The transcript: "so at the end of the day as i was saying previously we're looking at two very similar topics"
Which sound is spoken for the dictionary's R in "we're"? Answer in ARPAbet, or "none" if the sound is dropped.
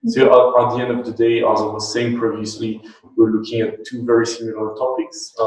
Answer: R